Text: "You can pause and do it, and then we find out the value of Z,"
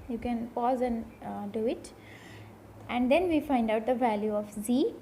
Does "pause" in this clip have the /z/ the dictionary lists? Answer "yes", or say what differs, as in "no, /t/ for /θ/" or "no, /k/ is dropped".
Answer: yes